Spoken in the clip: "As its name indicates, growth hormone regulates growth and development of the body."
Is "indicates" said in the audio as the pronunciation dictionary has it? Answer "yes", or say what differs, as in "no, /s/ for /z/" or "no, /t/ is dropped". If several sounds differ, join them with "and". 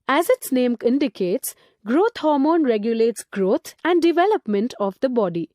yes